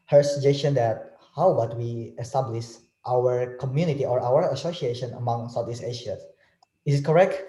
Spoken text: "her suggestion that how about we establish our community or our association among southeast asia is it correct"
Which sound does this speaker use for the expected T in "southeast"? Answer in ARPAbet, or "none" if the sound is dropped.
none